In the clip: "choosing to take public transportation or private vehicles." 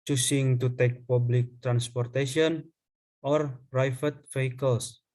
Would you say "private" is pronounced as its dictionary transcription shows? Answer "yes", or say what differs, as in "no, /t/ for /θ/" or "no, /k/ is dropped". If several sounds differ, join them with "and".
no, /f/ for /v/